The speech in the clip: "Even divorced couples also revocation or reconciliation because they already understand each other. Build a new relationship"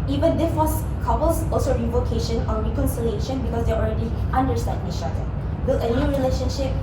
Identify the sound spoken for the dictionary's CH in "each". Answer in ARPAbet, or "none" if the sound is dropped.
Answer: SH